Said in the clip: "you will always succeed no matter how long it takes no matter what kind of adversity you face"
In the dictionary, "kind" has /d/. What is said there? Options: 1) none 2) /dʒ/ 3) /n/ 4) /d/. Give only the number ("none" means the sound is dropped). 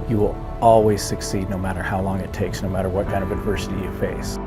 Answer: 1